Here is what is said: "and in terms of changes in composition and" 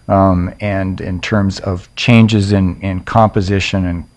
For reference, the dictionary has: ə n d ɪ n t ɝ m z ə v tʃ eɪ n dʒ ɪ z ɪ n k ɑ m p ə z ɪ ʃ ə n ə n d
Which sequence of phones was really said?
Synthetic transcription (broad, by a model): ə n ɪ n t ɝ m z ə v tʃ eɪ n dʒ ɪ z ɪ n k ɑ m p ə z ɪ ʃ ə n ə n